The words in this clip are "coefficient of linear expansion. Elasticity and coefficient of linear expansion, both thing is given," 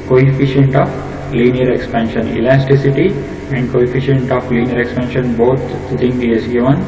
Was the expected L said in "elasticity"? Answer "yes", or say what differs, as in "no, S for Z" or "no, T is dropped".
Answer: yes